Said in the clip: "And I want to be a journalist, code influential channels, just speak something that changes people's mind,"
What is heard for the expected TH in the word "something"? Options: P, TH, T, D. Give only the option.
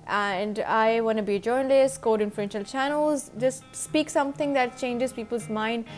T